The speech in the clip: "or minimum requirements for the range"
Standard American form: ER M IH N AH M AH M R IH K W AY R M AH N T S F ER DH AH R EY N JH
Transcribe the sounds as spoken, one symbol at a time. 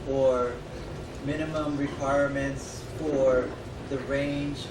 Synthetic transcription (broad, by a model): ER M IH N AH M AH M R IH K W AY R M AH N T S F ER DH AH R EY N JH